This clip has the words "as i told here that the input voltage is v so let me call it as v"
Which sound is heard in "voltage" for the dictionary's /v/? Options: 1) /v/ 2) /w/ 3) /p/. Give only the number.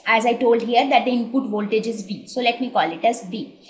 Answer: 1